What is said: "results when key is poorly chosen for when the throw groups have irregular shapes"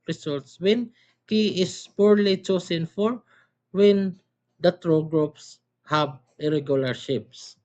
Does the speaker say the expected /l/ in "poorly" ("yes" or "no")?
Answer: yes